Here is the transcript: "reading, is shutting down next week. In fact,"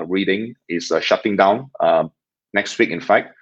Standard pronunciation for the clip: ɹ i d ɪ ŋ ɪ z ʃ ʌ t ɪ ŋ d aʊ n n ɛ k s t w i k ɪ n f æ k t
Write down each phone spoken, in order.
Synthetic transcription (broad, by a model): ɹ i d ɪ ŋ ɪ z ʃ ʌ t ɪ ŋ d aʊ n n ɛ k s t w i k ɪ n f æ k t